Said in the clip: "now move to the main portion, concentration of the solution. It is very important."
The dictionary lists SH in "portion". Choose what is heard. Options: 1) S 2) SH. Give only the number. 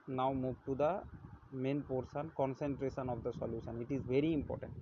1